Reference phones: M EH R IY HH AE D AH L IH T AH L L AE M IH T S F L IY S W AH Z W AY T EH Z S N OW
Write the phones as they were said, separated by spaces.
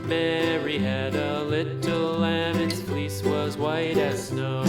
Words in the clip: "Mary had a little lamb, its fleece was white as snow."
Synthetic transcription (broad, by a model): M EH R IY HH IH D AH L IH T L L AE M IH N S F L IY S W AH Z W AY T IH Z S N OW